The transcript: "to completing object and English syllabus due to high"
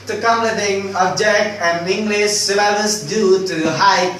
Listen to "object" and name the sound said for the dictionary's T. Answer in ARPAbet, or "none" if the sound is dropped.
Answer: none